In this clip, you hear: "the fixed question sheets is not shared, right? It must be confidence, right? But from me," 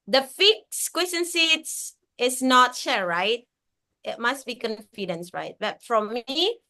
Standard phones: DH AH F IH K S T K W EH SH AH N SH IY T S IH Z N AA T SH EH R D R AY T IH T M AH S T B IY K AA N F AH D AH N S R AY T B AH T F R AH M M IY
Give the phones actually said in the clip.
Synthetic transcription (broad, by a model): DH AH F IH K S K W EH S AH N S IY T S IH S N AA T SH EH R R AY T IH T M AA S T B IY K AA N F AH D AH N S R AY T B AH T F R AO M M IY